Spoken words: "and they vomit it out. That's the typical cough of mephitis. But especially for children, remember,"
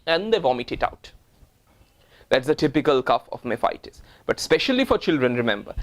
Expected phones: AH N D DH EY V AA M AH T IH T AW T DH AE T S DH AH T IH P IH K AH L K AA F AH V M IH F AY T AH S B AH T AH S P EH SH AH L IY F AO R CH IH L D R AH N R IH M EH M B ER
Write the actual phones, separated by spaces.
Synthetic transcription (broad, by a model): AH N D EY V AA M AH T IH T AW T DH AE T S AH T IH P IH K AH L K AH F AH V M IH F AY T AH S B AH T S P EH SH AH L IY F AO R CH IH L D R AH N R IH M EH M B ER